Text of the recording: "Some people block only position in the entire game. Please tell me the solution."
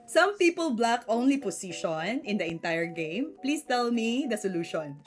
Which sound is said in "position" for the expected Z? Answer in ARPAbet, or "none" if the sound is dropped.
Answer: S